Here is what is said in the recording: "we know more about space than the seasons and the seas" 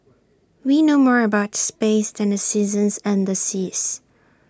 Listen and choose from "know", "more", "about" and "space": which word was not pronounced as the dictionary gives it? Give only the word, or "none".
none